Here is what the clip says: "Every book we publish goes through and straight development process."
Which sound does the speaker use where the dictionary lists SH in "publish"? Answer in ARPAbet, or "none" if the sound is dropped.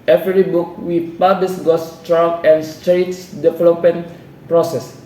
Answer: S